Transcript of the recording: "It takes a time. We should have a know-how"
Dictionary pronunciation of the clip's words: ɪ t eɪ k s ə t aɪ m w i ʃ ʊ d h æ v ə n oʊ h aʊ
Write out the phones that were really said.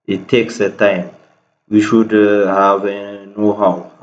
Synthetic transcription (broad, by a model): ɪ t eɪ k s ə t aɪ m w i ʃ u d h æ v ə n oʊ h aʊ